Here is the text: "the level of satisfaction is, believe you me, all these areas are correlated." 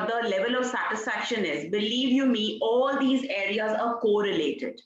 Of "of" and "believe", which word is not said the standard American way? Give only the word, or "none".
none